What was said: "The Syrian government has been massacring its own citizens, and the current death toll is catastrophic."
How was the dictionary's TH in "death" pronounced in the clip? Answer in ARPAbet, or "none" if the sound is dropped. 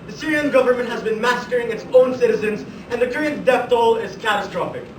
F